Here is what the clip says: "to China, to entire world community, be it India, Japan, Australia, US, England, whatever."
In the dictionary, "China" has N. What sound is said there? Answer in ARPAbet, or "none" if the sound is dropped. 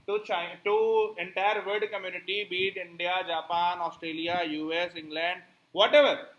none